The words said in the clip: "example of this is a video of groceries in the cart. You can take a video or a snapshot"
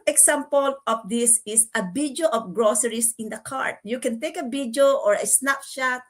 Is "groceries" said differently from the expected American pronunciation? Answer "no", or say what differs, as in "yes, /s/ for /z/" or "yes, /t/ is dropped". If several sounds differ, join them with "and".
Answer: yes, /s/ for /z/